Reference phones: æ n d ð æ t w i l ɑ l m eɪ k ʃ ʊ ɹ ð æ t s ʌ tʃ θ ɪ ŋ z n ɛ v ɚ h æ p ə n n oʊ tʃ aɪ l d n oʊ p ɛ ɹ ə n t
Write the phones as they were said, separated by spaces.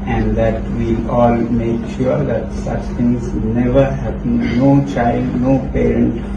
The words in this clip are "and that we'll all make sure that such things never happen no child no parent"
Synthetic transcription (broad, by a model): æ n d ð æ t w i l ɑ l m eɪ k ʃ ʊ ɹ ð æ t s ʌ tʃ t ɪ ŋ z n ɛ v ɚ h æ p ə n n oʊ tʃ aɪ l d n oʊ p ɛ ɹ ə n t